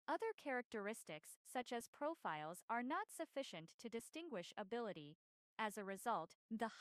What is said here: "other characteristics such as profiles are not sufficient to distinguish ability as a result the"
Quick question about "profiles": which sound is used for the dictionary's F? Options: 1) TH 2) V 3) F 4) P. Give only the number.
3